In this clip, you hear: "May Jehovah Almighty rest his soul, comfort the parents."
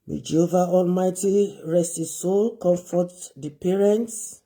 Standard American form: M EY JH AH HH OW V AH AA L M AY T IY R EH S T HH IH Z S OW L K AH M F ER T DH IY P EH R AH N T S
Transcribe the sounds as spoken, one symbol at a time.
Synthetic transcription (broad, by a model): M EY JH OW V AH AA L M AY T IY R EH S T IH S OW L K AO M F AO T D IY P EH R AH N T S